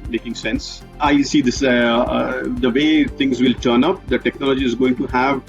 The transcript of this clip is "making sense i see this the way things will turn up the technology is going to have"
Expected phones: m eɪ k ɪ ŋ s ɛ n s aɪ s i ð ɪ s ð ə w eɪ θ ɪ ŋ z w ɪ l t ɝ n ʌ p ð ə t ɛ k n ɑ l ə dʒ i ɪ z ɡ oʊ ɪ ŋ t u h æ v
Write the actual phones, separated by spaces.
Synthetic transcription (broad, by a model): m eɪ k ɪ ŋ s ɛ n s aɪ s i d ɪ s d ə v eɪ t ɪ ŋ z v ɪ l t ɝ n ʌ p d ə t ɛ k n ɑ l ə dʒ i ɪ z ɡ oʊ ɪ ŋ t u h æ v